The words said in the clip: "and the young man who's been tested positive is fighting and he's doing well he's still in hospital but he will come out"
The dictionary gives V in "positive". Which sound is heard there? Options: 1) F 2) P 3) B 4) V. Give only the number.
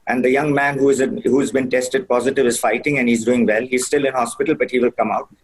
4